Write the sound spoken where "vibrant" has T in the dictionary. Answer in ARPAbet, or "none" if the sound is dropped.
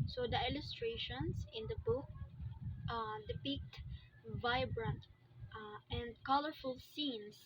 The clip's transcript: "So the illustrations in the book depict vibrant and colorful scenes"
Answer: T